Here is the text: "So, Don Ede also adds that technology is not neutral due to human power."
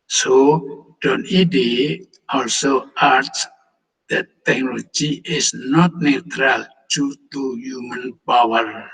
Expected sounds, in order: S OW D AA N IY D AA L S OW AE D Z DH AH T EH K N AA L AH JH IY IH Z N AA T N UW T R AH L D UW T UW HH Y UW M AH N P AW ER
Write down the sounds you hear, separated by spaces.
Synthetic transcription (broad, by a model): S OW D AA N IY D AA L S OW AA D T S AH T EH K N AA L AH JH IY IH S N AA T N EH T R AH L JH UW T UW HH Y UW M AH N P AW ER